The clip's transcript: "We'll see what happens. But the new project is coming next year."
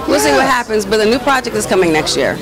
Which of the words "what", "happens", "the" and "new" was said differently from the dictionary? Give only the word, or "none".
none